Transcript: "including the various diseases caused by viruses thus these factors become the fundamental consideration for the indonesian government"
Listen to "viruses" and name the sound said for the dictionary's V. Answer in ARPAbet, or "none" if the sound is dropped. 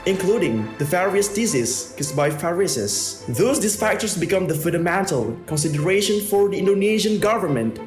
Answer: F